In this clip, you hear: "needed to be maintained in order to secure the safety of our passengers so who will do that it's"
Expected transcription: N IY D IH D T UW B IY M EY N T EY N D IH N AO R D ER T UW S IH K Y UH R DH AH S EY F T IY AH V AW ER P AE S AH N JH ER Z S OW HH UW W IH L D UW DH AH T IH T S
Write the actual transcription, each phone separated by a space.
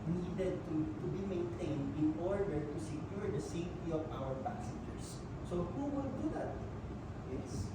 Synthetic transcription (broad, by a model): N IY D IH D T UW B IY M EY N T EY N D IH N AO R D ER T UW S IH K Y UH R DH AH S EY F T IY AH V AW ER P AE S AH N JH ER S OW HH UW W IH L D UW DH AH T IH S